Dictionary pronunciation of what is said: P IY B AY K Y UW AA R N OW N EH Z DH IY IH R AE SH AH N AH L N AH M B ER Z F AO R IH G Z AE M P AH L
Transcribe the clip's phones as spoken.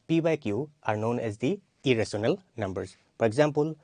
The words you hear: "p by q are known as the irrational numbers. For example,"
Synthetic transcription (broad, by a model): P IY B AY K Y UW AA R N OW N EH Z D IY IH R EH S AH N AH L N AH M B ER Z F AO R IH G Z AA M P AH L